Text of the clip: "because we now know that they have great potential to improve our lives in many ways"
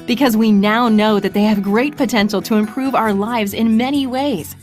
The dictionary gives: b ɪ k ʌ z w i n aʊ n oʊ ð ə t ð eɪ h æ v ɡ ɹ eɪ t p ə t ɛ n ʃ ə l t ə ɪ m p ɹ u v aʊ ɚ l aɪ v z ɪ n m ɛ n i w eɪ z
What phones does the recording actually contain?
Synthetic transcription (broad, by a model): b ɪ k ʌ z w i n aʊ n oʊ ð ə t ð eɪ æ v ɡ ɹ eɪ t p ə t ɛ n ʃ l t ə ɪ m p ɹ u v aʊ ɚ l aɪ v z ɪ n m ɛ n i w eɪ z